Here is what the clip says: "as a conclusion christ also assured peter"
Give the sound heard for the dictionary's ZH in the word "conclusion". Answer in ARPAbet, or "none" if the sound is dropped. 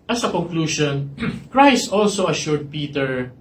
SH